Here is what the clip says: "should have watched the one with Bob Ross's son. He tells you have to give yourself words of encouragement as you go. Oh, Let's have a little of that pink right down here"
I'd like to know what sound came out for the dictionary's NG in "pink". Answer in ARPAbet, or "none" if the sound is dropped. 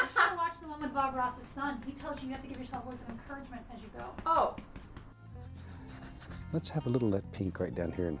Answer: NG